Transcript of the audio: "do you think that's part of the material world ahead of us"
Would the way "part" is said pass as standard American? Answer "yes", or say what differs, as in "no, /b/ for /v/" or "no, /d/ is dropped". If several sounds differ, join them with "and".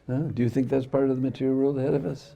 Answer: yes